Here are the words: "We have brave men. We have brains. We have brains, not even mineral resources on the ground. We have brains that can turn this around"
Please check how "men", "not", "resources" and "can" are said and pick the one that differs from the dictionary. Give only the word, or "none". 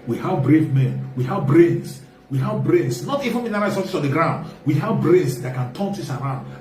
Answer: resources